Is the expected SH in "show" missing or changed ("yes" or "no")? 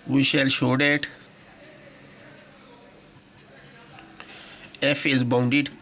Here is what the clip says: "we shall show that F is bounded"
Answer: no